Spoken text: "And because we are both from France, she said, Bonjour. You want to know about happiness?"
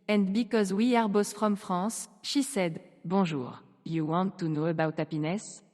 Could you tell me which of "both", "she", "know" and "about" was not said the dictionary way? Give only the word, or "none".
both